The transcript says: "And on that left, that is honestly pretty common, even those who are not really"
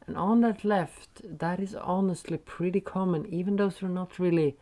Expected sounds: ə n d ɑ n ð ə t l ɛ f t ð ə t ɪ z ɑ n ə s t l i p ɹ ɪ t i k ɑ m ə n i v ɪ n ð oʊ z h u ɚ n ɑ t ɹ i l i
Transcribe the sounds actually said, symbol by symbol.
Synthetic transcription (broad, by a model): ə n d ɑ n ð ə t l ɛ f t ð ə t ɪ z ɑ n ə s t l i p ɹ ɪ t i k ɑ m ə n i v ɪ n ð oʊ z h ɚ n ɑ t ɹ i l i